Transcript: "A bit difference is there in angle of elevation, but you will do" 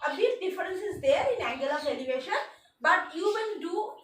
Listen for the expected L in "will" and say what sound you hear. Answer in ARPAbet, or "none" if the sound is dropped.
N